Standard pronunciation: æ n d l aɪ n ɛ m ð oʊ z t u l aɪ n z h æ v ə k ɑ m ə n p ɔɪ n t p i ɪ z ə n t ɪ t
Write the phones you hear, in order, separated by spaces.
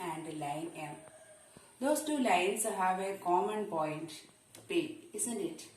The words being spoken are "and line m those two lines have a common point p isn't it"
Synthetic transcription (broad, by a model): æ n d l aɪ n ɛ m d oʊ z t u l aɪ n s h æ v ə k ɑ m ə n p ɔɪ n t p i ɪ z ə n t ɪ t